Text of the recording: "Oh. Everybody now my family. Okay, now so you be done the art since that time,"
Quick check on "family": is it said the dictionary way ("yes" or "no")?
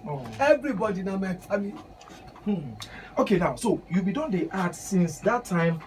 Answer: no